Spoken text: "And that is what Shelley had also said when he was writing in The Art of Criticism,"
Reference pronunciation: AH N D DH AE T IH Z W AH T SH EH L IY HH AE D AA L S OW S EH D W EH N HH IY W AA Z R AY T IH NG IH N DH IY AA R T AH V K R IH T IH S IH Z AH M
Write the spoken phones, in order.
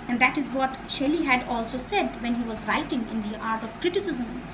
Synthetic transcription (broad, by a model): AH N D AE T IH Z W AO T SH EH L IY HH AE D AA L S OW S EH D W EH N HH IY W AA Z R AY T IH NG IH N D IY AA R T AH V K R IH T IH S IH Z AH M